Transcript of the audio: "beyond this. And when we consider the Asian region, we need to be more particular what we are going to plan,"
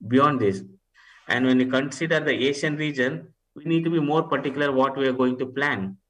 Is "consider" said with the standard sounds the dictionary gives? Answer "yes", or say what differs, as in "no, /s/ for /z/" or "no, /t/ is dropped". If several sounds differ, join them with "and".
yes